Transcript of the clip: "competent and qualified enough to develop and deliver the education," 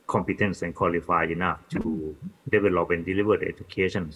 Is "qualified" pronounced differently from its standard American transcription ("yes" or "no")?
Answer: yes